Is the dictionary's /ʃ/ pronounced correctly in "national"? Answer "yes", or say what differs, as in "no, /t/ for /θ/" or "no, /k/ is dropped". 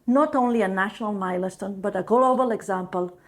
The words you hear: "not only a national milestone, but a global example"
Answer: yes